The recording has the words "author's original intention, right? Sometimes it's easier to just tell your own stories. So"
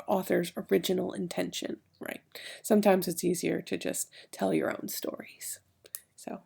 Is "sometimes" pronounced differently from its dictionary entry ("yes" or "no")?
no